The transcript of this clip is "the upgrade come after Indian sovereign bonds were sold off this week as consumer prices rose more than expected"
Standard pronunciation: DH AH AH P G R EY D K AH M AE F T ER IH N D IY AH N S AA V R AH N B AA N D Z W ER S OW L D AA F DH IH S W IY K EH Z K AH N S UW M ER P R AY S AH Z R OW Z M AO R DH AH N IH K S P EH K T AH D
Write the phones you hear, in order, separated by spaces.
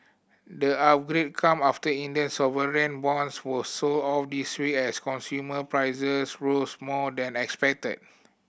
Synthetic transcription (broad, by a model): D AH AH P G R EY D K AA M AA F T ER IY N D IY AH N S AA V R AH N B AA N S W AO S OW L AA F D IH S W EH EH S K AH N S UW M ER P R AY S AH S R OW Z M AO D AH N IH K S P EH K T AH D